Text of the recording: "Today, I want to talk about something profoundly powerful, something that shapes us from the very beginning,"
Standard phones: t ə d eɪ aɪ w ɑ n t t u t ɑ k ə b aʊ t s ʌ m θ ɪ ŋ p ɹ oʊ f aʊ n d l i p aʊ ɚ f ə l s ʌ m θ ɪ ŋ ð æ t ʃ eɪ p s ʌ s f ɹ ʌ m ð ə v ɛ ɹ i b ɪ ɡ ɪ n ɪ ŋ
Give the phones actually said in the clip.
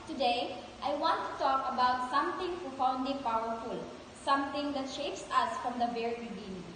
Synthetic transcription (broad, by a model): t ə d eɪ aɪ w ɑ n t t u t ɑ k ə b aʊ t s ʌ m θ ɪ ŋ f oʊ f aʊ n d i p aʊ ɚ f ə l s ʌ m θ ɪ ŋ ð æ t ʃ eɪ p s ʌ s f ɹ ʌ m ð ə v ɛ ɹ i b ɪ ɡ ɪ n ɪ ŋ